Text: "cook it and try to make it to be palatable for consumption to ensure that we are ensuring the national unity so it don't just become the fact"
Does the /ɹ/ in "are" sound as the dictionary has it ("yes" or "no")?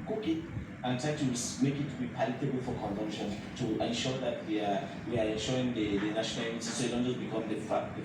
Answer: no